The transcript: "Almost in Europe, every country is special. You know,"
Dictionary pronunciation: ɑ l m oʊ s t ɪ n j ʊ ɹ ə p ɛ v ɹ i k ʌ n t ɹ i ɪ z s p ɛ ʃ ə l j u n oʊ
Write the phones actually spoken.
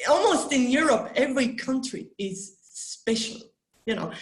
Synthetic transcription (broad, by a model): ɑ l m oʊ s t ɪ n j ʊ ɹ ə p ɛ v ɹ i k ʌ n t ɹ i ɪ z s p ɛ ʃ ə l j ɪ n oʊ